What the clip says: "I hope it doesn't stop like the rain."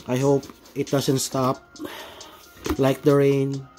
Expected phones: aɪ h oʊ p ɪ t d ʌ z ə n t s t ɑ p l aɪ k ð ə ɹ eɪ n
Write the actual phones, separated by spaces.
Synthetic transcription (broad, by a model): aɪ h oʊ p ɪ t d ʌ s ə n t s t ɑ p l aɪ k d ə ɹ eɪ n